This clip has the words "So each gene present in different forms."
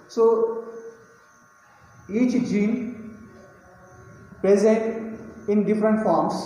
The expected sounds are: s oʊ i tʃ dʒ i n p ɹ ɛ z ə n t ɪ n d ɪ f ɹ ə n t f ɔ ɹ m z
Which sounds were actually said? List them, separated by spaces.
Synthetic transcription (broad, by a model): s oʊ i tʃ dʒ i n p ɹ ɛ z ə n t ɪ n d ɪ f ɹ ə n t f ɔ ɹ m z